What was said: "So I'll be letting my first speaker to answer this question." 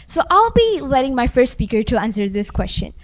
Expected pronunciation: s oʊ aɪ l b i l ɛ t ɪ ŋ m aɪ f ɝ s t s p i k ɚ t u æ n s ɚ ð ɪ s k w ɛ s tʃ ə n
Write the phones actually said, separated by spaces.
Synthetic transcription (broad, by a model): s oʊ aɪ l b i l ɛ t ɪ ŋ m aɪ f ɝ s t s p i k ɚ t u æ n s ɚ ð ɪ s k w ɛ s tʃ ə n